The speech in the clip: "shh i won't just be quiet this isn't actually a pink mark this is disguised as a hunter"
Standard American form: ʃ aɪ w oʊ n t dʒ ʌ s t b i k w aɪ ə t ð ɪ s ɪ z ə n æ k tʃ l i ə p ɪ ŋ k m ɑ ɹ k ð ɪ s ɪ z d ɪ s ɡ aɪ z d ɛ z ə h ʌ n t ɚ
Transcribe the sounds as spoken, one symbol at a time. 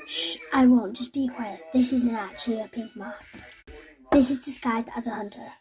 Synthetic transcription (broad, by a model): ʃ aɪ w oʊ n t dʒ ʌ s b i k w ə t ð ɪ s ɪ z ə n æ tʃ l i ə p ɪ ŋ k m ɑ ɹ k ð ɪ s ɪ z d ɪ s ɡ aɪ z d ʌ z ə h ʌ n t ɚ